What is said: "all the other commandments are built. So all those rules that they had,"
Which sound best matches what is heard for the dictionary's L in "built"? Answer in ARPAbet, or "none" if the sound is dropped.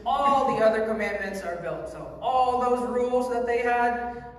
L